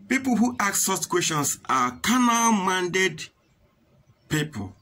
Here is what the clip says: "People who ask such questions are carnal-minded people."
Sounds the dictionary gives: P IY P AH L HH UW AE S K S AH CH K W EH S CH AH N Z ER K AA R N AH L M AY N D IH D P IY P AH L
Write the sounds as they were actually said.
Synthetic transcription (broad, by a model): P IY P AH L HH UW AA K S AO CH K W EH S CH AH N S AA K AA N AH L M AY N D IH D P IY P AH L